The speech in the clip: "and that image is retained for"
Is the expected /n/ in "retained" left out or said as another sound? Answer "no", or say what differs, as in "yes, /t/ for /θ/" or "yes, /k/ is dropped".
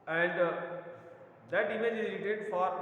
yes, /n/ is dropped